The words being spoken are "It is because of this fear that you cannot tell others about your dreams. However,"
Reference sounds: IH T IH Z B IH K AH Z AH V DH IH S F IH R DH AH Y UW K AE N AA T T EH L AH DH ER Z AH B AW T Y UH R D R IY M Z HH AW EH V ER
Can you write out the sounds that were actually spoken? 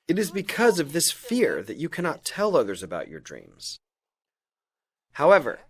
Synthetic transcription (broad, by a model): IH T IH Z B IH K AH Z AH V DH IH S F IH R DH AH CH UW K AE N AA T T EH L AH DH ER Z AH B AW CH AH R D R IY M Z HH AW EH V ER